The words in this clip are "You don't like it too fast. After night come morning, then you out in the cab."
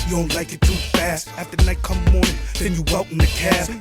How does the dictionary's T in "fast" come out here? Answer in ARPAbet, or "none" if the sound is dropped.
T